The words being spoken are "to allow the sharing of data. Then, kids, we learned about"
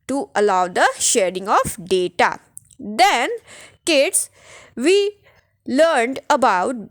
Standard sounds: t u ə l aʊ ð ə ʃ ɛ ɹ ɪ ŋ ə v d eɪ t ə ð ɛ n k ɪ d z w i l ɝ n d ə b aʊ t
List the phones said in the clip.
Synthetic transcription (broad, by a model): t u ə l aʊ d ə ʃ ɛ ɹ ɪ ŋ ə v d eɪ t ə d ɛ n k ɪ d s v i l ɝ n d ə b aʊ t